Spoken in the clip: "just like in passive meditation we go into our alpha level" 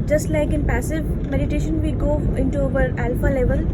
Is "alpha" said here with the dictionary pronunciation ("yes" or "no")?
yes